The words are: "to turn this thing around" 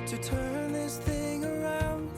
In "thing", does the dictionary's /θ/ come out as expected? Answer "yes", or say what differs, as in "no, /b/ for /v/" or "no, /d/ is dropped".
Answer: yes